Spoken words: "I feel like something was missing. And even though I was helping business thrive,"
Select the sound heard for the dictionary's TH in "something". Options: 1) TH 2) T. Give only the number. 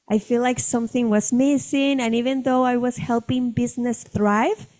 1